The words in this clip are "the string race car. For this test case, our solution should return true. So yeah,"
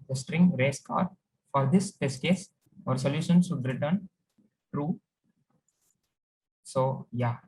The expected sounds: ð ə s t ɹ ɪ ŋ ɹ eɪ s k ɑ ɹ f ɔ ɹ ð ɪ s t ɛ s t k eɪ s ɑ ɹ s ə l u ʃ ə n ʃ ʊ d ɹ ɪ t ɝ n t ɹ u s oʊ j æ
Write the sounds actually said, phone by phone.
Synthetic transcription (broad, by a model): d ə s t ɹ ɪ ŋ ɹ eɪ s k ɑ ɹ f ɔ ɹ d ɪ s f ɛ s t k eɪ s ɑ ɹ s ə l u ʃ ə n s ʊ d ɹ ɪ t ɝ n t ɹ u s oʊ j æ